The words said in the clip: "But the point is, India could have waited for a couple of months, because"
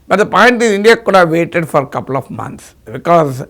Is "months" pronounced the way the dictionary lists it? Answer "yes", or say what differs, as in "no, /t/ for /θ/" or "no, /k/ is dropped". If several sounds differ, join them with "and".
no, /t/ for /θ/